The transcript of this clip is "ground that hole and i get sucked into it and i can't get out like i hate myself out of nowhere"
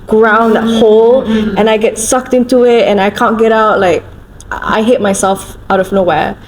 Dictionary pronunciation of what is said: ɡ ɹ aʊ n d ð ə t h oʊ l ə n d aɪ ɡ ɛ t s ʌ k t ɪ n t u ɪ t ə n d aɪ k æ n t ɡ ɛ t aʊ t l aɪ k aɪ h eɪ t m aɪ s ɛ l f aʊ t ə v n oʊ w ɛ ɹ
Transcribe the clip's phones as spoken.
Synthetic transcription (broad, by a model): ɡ ɹ aʊ n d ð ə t h oʊ l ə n aɪ ɡ ɛ t s ʌ k t ɪ n t u ɪ t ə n aɪ k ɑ n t ɡ ɛ t aʊ t l aɪ k aɪ h eɪ t m aɪ s ɛ l f aʊ t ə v n oʊ w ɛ